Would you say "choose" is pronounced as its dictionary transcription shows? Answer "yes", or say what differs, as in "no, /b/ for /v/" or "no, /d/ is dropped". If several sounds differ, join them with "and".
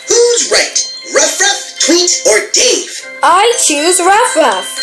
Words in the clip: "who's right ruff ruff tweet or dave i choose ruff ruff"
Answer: yes